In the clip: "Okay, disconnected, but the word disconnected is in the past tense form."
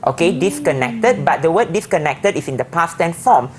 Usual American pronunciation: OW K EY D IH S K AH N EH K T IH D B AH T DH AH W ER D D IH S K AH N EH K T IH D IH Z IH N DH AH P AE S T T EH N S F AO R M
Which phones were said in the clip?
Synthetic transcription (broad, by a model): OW K EY D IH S K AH N EH K T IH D B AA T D AH W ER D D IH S K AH N EH K T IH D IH S IH N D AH P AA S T T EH N F AO M